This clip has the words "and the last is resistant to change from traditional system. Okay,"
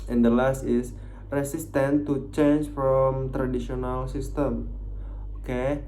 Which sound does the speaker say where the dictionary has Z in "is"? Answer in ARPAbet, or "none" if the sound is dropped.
S